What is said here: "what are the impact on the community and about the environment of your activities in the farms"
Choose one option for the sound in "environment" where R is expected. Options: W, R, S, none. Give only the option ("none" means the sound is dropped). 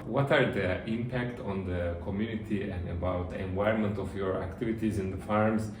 none